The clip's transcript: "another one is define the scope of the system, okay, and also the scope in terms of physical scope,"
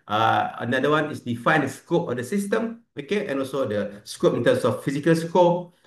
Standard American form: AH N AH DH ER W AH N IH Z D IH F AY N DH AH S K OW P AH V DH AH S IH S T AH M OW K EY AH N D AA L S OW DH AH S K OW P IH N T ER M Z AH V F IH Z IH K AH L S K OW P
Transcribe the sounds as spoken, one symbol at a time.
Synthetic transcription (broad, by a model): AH N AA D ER W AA N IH S D IH F AY N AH S K OW P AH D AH S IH S T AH M OW K EY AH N AA L S OW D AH S K OW P IH N T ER M S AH F F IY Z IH K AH L S K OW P